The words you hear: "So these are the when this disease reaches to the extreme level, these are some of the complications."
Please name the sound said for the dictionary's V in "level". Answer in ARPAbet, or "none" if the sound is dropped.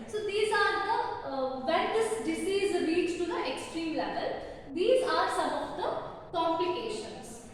V